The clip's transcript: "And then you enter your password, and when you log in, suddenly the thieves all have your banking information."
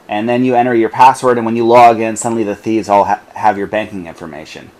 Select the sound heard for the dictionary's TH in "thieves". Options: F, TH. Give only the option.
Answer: TH